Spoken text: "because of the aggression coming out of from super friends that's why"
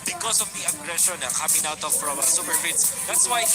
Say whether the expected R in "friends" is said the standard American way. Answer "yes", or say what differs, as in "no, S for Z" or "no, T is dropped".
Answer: no, R is dropped